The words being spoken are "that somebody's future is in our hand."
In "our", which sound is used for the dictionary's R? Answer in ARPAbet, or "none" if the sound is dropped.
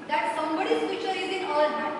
L